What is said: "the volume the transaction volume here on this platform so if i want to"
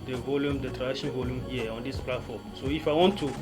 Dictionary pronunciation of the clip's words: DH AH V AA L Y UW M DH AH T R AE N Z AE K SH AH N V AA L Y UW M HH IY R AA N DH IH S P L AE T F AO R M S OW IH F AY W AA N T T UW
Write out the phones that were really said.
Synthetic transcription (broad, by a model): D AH V AA L Y UW M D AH T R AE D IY SH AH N V AA L Y UW M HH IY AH AA N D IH S P L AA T F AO M S OW IH F AY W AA N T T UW